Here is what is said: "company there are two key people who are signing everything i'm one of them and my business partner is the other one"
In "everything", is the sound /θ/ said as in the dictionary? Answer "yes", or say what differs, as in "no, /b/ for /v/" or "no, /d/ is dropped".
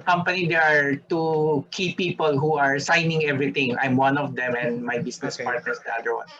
no, /t/ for /θ/